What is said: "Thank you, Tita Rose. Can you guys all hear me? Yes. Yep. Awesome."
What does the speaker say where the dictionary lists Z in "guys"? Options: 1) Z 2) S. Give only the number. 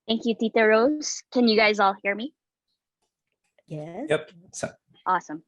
1